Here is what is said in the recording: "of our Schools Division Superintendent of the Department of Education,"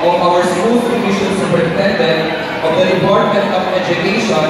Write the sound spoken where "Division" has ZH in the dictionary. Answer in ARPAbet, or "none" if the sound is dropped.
SH